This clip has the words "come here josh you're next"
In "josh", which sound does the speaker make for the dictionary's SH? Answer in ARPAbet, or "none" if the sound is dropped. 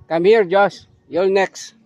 S